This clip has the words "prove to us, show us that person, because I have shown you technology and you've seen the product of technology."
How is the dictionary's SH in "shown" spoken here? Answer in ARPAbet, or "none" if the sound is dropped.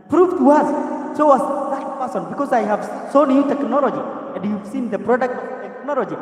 S